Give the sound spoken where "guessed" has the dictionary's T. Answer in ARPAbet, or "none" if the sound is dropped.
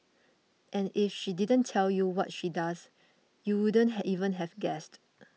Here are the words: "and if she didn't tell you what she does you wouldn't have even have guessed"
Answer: T